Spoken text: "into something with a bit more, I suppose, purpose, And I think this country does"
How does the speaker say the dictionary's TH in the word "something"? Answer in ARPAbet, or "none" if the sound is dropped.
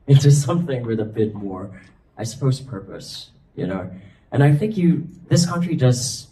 TH